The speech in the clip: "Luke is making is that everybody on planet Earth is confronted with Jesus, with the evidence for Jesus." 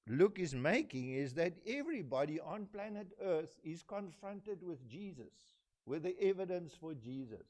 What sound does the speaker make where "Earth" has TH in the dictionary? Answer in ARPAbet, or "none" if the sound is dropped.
TH